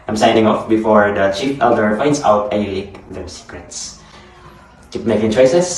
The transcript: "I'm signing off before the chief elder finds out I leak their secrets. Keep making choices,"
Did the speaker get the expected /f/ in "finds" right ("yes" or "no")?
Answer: no